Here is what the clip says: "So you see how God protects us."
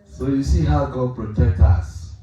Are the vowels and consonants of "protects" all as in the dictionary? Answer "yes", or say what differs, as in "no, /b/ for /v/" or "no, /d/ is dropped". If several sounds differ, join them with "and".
no, /s/ is dropped